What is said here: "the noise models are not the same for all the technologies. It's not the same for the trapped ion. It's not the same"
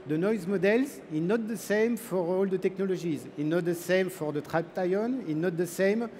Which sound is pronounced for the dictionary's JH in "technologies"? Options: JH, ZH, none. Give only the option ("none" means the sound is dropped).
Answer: ZH